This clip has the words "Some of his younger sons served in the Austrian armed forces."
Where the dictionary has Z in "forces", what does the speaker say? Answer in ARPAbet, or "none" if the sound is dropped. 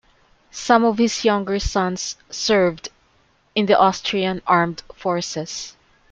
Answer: S